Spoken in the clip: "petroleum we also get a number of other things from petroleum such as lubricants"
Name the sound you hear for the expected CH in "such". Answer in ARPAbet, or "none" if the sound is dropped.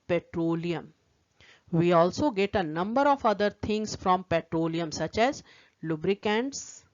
CH